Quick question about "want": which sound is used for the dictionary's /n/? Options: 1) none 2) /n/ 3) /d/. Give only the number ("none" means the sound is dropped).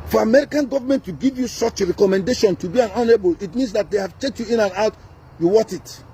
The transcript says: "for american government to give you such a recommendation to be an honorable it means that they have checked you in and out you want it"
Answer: 1